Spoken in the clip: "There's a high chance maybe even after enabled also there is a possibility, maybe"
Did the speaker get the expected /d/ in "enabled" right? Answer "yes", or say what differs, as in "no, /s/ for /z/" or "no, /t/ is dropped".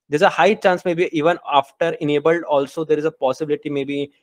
yes